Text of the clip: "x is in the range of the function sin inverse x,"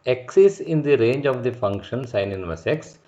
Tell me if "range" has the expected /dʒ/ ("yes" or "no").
yes